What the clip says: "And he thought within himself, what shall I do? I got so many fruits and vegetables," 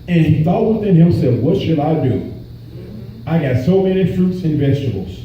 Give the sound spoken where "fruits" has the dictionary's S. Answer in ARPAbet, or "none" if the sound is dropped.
S